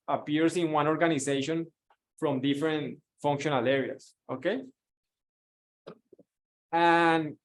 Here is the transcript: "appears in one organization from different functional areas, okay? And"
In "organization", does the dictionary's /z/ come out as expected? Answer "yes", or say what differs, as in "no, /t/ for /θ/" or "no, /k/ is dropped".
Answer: no, /s/ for /z/